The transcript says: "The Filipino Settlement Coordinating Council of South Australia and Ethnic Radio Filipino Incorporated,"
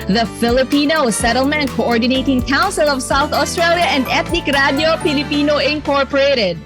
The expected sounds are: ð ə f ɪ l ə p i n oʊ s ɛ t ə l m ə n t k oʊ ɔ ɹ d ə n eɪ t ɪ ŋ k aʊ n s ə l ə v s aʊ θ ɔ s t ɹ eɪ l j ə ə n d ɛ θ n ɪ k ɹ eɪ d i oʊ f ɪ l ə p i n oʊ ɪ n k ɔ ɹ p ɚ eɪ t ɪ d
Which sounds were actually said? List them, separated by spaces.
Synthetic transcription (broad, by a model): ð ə f ɪ l ə p i n oʊ s ɛ t ə l m ə n t k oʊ ɔ ɹ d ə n eɪ t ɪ ŋ k aʊ n s ə l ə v s aʊ θ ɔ s t ɹ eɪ l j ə ə n d ɛ t n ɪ k ɹ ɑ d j oʊ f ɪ l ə p i n oʊ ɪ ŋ k ɔ ɹ p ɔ eɪ t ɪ d